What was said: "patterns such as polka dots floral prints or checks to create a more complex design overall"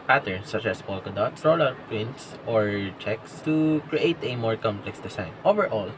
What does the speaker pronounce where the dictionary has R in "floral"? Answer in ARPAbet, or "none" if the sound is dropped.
L